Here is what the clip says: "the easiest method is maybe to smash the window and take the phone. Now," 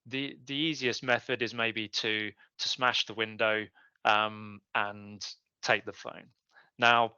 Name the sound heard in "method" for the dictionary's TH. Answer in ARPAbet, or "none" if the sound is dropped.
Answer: TH